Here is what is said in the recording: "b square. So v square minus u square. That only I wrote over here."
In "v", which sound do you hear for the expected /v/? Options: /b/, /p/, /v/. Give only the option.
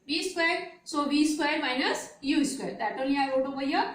/b/